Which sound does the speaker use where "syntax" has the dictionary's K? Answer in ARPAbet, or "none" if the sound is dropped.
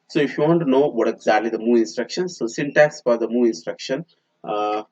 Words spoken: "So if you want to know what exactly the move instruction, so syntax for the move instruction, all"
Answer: none